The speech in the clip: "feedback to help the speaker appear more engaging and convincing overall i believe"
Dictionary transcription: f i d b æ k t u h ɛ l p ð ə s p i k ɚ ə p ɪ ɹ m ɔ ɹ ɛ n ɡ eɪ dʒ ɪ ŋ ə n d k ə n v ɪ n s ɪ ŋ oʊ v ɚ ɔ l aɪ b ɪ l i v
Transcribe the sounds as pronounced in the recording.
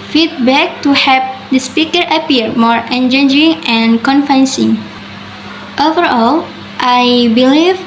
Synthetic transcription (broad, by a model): f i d b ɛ k t u h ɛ p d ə s p i k ɚ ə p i ɹ m ɔ ɹ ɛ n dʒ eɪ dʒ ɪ ŋ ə n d k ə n f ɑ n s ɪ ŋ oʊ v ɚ ɔ l aɪ b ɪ l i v